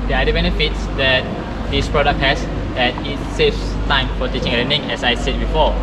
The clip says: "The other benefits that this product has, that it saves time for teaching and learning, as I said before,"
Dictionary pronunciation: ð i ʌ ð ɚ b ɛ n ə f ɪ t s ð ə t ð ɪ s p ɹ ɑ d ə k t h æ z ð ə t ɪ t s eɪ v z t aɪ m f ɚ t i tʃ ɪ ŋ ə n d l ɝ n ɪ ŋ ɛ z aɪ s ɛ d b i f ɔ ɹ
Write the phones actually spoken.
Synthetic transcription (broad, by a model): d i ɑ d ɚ b ɛ n ə f ɪ t s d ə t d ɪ s p ɹ ɑ d ə k t h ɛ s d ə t ɪ t s eɪ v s t aɪ m f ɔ t i tʃ ɪ ŋ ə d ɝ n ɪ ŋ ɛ s aɪ s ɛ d b i f ɔ